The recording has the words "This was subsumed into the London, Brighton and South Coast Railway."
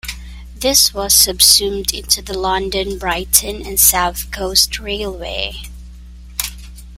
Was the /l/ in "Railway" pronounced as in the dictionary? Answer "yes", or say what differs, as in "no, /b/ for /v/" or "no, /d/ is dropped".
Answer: yes